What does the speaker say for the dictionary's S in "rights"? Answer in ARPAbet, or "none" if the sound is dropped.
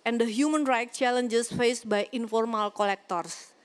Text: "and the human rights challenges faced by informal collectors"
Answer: none